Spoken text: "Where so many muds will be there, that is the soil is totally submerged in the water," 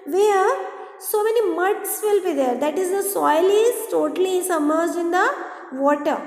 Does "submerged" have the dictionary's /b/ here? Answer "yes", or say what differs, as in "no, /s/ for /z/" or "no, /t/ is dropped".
no, /b/ is dropped